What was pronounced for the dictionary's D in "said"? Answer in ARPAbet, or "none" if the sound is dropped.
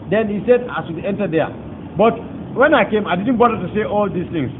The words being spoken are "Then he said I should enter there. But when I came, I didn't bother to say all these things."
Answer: D